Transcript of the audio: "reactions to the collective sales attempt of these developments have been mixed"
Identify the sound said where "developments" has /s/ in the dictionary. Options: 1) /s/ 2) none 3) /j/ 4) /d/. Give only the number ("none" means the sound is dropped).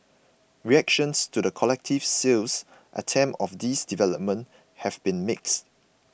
2